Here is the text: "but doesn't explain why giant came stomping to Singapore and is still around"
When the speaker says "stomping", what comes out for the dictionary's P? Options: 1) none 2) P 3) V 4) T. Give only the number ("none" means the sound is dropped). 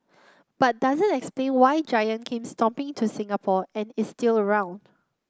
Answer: 2